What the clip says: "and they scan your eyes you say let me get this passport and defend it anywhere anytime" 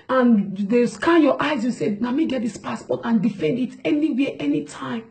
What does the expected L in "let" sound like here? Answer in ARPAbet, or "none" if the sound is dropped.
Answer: N